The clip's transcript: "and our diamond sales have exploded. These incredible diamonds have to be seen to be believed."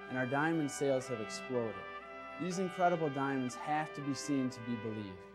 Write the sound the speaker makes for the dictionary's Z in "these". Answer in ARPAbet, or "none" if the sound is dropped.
Z